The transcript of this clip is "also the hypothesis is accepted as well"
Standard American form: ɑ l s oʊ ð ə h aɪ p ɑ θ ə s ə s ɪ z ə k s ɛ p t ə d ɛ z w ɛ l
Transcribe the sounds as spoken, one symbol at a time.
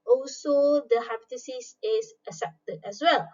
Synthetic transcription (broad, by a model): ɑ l s oʊ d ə h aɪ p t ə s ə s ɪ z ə s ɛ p t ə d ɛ s w ɛ l